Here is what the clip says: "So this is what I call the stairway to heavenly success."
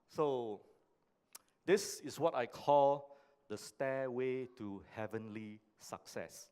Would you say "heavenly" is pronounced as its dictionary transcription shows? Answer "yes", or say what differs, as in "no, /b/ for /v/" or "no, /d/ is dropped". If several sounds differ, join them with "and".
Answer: yes